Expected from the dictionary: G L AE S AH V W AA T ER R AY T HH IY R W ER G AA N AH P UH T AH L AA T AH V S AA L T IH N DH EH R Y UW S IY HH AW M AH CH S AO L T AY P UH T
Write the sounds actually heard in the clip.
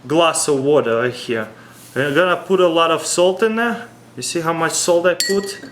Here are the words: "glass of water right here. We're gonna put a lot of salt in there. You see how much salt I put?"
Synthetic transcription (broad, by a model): G L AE S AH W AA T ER L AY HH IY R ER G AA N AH P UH T AH L AA T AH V S AA L T IH N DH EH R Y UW S IY HH AW M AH CH S AO L T AY P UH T